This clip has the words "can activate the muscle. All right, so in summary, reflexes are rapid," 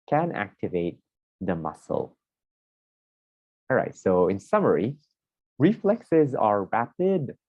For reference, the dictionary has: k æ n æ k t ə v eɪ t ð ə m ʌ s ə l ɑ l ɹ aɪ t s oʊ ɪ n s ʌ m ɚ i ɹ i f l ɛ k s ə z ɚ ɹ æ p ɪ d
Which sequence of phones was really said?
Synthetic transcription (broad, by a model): k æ n æ k t ə v eɪ t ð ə m ʌ s ə l ɑ l ɹ aɪ t s oʊ ɪ n s ʌ m ɚ i ɹ i f l ɛ k s ə z ɚ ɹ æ p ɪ d